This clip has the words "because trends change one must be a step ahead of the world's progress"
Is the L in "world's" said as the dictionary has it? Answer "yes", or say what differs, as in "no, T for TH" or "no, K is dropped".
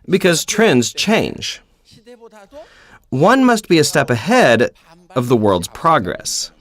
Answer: yes